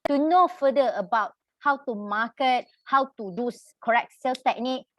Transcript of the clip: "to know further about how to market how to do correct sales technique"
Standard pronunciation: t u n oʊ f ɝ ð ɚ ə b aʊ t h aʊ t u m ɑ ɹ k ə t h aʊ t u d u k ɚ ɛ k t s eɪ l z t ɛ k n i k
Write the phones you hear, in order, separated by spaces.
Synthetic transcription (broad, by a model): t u n oʊ f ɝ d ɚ ə b aʊ t h aʊ t u m ɑ k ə t h aʊ t u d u k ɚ ɛ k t s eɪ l t ɛ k n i k